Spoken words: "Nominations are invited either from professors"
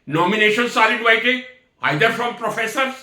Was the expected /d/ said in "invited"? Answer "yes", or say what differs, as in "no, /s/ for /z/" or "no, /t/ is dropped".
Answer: no, /d/ is dropped